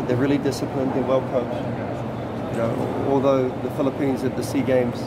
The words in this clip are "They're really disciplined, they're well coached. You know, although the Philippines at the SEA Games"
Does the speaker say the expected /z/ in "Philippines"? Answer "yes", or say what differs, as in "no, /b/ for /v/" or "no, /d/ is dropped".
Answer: yes